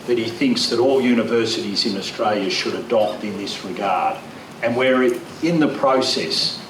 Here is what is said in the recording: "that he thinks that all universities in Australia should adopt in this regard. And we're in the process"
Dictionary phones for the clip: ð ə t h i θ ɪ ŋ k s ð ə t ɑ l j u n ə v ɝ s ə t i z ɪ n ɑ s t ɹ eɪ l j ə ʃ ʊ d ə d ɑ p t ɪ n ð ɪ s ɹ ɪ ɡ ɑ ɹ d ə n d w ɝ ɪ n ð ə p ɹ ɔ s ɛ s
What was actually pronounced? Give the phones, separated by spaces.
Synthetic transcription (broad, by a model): ð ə t h i θ ɪ ŋ k s ð ə t ɑ l j u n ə v ɝ s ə t i z ɪ n ɑ s t ɹ eɪ l j ə ʃ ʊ d ə d ɑ p t ɪ n ð ɪ s ɹ ɪ ɡ ɑ ɹ d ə n w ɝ ɪ n ð ə p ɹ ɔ s ɛ s